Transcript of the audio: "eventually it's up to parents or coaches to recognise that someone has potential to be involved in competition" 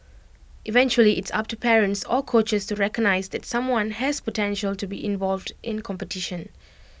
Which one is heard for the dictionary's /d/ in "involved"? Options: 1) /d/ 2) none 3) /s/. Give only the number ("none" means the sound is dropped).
1